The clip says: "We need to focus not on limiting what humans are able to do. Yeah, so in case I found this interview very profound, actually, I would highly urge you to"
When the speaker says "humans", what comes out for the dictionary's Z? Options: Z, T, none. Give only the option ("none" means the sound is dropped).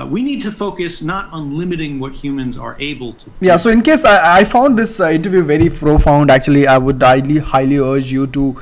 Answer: Z